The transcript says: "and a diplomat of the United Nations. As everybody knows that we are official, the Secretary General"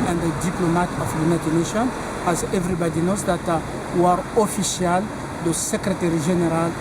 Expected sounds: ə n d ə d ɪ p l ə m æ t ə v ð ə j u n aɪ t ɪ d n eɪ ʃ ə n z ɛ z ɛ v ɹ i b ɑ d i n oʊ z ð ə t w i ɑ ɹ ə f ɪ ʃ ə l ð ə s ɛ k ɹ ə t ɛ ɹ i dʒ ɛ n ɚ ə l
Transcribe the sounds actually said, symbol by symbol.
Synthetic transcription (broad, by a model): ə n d ə d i p l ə m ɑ t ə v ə j u n aɪ t ɪ d n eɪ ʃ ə n ɑ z ɛ v ɹ i b ɑ d i n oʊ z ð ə t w ɑ ɹ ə f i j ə l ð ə s ɛ k ɹ ə t ɛ ɹ i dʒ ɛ n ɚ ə l